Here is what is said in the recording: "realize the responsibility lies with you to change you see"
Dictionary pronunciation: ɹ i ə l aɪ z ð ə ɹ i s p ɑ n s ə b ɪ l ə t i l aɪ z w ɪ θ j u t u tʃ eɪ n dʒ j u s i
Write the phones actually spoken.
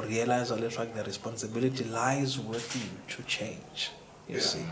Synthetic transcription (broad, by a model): ɹ i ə l aɪ z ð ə ɹ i s p ɑ n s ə b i l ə t i l aɪ z w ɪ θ j u t u tʃ eɪ n dʒ j u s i